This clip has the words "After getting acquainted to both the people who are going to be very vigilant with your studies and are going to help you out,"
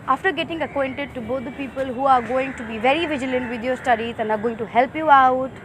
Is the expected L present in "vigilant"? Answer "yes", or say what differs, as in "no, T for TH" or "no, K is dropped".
yes